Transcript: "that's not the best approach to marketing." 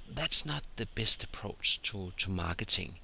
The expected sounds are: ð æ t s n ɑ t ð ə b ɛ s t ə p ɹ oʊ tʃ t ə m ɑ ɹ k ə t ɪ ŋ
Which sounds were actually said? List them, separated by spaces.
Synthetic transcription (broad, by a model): ð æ t s n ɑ t ð ə b ɛ s t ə p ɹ oʊ tʃ t ə m ɑ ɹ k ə t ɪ ŋ